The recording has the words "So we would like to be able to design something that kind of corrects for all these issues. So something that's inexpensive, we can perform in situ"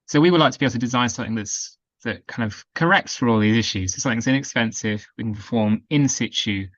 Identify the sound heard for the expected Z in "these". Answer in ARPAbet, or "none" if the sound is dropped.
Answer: Z